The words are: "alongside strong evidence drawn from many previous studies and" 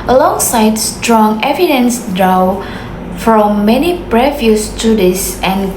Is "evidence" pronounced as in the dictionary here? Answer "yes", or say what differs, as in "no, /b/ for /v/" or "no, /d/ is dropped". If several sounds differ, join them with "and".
yes